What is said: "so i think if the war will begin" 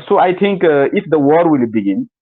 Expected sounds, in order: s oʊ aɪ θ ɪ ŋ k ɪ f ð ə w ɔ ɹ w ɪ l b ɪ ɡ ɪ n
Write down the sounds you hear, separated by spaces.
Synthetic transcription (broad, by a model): s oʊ aɪ t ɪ ŋ k ɪ f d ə w ɔ ɹ w ɪ l b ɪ ɡ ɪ n